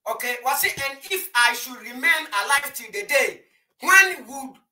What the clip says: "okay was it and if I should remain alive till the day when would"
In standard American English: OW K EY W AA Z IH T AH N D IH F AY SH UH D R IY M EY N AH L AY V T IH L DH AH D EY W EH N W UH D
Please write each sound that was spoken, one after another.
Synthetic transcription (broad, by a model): OW K EY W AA S IH T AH N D IH F AY SH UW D R IY M EY N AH L AY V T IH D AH D EY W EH N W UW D